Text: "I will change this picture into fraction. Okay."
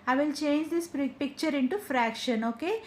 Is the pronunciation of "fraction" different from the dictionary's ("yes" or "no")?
no